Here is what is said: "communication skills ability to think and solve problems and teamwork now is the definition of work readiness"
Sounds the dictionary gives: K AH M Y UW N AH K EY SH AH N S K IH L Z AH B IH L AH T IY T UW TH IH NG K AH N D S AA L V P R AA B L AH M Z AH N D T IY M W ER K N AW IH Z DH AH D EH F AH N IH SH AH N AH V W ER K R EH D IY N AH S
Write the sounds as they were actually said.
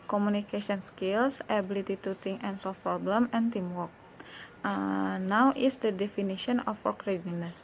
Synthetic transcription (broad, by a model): K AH M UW N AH K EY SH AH N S K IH L S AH B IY L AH T IY T UW T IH NG AH N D S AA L F P R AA B L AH M AH N T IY M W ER K N AW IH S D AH D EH F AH N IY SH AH N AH F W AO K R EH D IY N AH S